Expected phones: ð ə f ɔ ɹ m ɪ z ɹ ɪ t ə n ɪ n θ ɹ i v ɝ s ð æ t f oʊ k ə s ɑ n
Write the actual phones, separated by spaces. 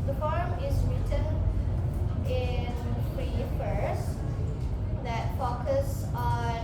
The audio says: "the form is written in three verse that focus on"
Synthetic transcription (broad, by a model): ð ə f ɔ ɹ m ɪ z ɹ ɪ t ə n ɪ n f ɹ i f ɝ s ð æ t f oʊ k ə s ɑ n